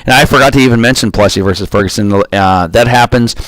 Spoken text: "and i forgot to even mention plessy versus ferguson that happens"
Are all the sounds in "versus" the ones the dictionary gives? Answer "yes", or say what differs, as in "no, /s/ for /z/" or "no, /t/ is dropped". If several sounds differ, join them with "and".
yes